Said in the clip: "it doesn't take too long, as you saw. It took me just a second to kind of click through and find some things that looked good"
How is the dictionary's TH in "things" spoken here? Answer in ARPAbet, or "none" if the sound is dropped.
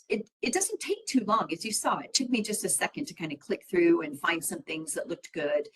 TH